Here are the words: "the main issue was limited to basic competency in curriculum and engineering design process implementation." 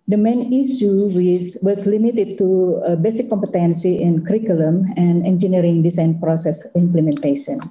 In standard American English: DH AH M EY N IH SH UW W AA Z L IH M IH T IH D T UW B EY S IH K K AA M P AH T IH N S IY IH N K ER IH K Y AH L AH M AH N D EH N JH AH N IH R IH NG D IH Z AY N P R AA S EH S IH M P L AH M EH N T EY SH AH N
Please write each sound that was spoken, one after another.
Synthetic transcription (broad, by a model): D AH M EY N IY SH UW W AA S L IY M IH T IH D T UW B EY S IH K K AA M P AH T IH N S IY IH N K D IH K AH L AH M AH N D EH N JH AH N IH R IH NG D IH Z AY N P R AA S EH S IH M P L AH M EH N T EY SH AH N